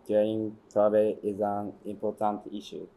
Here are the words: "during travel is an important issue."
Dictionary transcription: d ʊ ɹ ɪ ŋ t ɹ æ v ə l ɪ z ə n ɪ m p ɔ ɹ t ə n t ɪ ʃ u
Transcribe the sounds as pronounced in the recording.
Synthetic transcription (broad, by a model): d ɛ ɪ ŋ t ɑ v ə ɪ z ə n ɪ m p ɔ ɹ t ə n t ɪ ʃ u